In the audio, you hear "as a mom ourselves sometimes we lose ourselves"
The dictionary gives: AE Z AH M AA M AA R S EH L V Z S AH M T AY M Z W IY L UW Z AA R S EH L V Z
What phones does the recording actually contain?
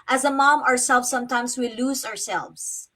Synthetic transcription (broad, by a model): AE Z AH M AA M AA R S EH L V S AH M T AY M S W IY L UW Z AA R S EH L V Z